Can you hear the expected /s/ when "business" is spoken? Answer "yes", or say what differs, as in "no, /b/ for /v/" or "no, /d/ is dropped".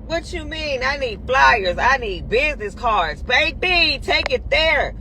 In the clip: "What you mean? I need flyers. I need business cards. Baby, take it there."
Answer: yes